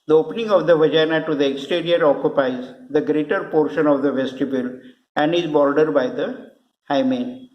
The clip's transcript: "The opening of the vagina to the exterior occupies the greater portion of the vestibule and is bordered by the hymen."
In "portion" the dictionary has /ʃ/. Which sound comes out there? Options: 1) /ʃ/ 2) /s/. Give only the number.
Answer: 1